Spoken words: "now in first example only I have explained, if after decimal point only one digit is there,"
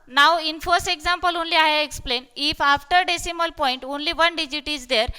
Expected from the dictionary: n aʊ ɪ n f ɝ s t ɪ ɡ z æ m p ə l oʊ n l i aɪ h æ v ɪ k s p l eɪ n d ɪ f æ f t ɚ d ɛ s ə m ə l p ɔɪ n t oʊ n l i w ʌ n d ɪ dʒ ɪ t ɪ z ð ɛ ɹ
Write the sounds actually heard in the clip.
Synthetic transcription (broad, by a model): n aʊ ɪ n f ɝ s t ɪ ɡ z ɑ m p ə l oʊ n l i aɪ h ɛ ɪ k s p l eɪ n ɪ f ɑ f t ɚ d ɛ s ə m ə l p ɔɪ n t oʊ n l i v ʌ n d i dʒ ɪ t ɪ z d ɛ ɹ